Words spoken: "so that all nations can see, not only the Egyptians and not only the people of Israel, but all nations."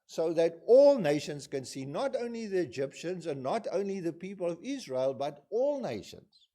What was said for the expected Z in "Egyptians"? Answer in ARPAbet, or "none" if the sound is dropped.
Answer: Z